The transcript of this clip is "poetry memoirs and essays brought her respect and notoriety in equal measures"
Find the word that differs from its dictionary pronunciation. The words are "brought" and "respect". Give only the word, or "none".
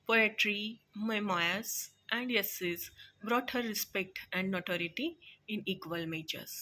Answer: none